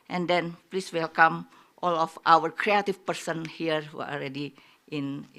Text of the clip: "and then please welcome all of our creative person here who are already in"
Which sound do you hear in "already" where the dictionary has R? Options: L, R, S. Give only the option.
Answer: L